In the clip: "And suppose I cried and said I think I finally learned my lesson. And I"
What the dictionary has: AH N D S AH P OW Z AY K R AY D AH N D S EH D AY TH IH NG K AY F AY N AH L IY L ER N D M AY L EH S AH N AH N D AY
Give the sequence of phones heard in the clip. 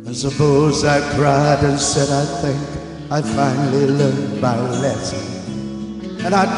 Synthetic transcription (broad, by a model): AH N S AH P OW Z AY K R AY D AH N S EH D AY TH IH NG K AY F AY N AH L IY L ER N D M AY L EH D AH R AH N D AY